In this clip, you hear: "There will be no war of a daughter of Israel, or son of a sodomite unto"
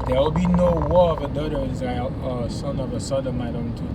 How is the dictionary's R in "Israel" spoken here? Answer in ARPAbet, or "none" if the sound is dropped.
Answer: none